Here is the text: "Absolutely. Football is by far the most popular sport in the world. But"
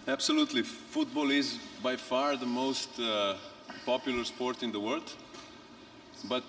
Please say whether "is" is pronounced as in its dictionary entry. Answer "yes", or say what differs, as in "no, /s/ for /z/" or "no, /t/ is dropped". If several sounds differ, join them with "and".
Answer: yes